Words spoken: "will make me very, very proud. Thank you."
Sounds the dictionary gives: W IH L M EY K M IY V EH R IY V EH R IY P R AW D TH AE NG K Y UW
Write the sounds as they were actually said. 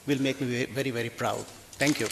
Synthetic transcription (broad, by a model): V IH L M EY K M IY V EH R IY V EH R IY P R AW D T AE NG K Y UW